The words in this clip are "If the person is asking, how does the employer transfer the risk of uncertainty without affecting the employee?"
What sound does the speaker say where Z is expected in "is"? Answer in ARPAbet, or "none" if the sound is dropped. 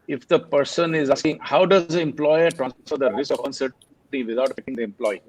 Z